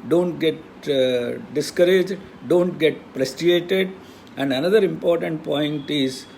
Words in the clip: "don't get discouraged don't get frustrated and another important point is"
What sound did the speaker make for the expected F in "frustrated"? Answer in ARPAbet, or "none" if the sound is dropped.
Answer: P